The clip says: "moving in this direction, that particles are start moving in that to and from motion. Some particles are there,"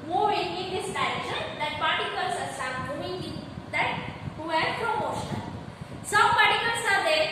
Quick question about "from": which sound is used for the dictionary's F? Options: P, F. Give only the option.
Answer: P